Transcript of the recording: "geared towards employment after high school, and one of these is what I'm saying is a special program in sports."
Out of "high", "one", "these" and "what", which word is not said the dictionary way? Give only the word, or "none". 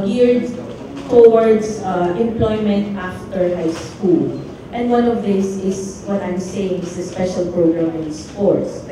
these